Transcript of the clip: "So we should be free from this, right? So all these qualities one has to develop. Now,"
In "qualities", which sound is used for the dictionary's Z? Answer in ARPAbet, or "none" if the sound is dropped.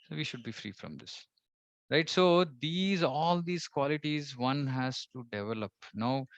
Z